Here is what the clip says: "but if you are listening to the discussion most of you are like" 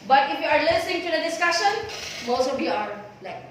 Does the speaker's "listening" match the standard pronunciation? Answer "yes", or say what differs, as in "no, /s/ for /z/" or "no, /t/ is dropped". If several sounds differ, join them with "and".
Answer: no, /n/ is dropped